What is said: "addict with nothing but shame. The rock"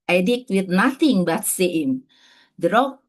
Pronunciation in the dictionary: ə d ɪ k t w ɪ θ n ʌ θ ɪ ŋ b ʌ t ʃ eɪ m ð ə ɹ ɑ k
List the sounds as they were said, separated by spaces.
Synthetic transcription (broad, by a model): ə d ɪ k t w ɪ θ n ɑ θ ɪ ŋ b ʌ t s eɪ m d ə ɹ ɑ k